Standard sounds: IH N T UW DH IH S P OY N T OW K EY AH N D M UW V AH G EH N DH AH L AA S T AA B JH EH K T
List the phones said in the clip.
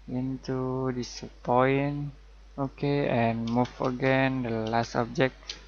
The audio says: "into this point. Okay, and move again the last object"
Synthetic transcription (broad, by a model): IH N T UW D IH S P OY N OW K EY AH N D M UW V AH G EH N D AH L AA S T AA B JH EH K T